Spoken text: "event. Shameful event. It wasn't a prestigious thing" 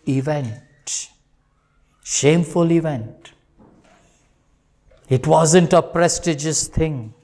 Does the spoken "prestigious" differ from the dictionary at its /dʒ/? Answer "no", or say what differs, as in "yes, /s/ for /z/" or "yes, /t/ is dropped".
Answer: no